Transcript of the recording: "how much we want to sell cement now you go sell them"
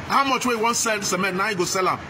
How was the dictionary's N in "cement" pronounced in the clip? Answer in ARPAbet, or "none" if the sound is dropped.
none